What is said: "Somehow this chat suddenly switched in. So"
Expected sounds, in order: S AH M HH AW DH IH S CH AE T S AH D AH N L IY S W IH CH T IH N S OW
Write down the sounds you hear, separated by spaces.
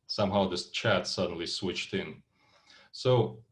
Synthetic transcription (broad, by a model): S AH M HH AW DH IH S CH AE T S AH D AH N L IY S W IH CH T IH N S OW